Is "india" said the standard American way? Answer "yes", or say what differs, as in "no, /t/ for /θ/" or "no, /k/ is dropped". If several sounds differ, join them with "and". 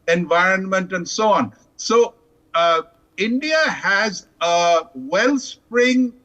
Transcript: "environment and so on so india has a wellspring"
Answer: yes